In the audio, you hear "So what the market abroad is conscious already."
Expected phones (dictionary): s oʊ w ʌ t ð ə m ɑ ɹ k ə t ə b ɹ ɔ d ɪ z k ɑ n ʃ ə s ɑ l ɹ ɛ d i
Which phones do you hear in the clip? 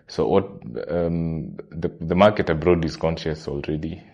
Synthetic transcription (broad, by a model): s oʊ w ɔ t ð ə m ɑ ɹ k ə t ə b ɹ ɔ d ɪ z k ɑ n ʃ ə s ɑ l ɹ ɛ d i